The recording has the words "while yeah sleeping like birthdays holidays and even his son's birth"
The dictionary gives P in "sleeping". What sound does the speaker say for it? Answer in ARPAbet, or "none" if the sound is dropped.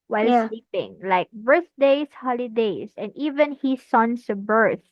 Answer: P